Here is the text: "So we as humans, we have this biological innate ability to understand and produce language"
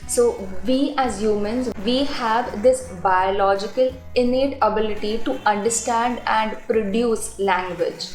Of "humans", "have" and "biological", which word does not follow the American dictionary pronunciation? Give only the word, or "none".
none